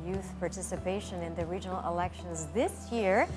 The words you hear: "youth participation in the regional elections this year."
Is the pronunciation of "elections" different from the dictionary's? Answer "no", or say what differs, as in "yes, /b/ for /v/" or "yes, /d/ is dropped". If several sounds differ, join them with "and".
no